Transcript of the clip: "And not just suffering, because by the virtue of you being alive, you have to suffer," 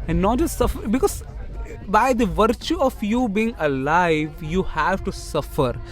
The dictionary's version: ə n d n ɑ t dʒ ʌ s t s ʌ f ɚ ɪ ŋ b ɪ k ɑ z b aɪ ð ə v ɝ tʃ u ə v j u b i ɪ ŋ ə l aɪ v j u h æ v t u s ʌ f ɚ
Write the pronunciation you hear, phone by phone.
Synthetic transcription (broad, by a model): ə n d n ɑ t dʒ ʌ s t s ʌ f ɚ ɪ b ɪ k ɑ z b aɪ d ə v ɝ tʃ u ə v j u b i ɪ ŋ ə l aɪ v j u h æ v t u s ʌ f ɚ